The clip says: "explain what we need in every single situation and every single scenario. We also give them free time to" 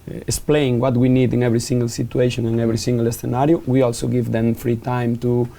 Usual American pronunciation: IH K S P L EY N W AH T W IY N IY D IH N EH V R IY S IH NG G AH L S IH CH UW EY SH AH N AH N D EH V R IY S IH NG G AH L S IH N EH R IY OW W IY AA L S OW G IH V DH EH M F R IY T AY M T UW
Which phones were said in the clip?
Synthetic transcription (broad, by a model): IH K S P L EY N W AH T W IY N IY D IH N EH V R IY S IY NG G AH L S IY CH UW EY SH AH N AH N EH V R IY S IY NG G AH L S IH N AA R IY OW W IY AA L S OW G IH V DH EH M F R IY T AY M T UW